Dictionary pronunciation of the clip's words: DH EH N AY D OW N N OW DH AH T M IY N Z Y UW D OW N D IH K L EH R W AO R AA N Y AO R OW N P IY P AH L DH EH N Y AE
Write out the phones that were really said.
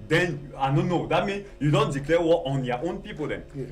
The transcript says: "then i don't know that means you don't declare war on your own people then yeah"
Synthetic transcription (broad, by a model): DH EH N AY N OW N N OW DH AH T M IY N Y UW D OW N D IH K L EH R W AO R AA N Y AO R OW N P IY P AH L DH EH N